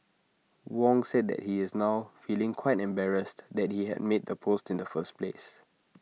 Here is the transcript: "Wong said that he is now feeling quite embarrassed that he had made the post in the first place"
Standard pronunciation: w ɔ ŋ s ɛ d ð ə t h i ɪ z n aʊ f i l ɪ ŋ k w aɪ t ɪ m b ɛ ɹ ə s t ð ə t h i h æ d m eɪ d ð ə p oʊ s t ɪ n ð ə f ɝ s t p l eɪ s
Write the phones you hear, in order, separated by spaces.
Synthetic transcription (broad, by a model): w ɔ ŋ s ɛ d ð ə t h i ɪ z n aʊ f i l ɪ ŋ k w aɪ t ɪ m b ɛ ɹ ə s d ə t h i h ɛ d m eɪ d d ə p oʊ s t ɪ n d ə f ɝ s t p l eɪ s